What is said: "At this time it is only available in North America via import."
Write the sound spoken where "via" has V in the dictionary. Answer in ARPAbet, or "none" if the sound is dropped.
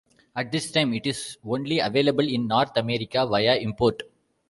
V